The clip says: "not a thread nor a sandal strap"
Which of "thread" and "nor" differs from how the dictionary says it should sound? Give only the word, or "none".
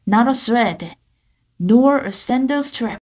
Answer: thread